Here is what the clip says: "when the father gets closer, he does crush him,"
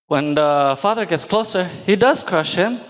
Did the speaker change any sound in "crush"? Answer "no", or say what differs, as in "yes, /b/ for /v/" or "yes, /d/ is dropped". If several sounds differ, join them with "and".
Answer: no